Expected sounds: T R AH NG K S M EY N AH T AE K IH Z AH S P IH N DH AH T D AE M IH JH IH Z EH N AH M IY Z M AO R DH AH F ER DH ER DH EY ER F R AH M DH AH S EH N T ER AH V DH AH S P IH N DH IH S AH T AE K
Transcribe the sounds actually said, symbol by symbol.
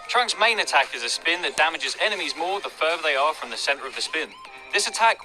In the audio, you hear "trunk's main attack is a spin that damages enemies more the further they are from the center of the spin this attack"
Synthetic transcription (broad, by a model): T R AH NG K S M EY N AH T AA K IH Z AH S P IH N DH AH T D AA M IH JH IH Z EH N AH M IY Z M AO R DH AH F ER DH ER DH EY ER F R AH M DH AH S EH N T ER AH V DH AH S P IH N DH IH S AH T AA K